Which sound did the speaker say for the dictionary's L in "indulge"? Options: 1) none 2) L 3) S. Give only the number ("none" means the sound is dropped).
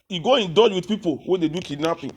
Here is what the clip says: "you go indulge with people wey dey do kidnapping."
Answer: 1